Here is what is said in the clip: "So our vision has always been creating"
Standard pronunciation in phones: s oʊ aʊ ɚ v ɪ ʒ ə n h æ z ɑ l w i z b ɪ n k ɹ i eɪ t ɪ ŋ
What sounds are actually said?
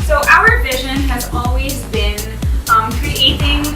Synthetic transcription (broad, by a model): s oʊ aʊ ɚ v ɪ ʒ ə n h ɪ z ɑ l w i z b ɪ n k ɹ i eɪ t ɪ ŋ